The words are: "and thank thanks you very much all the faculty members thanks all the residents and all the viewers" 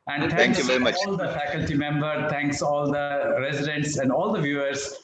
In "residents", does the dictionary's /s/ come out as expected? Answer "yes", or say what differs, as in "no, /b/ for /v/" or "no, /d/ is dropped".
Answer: yes